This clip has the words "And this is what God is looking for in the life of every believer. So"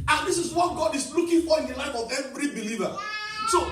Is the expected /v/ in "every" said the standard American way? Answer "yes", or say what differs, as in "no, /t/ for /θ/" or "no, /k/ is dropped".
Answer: yes